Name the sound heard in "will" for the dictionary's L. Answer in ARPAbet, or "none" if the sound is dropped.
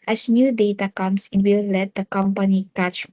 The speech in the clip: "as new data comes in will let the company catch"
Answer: L